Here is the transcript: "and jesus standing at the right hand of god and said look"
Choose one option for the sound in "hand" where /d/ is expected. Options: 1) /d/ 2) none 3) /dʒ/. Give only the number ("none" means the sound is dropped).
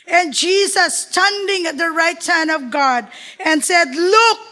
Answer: 2